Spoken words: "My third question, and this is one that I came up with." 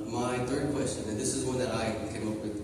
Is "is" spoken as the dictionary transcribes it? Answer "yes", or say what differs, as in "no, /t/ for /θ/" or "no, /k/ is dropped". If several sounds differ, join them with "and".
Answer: yes